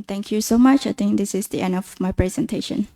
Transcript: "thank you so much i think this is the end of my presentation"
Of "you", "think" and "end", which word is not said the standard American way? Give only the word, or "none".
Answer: think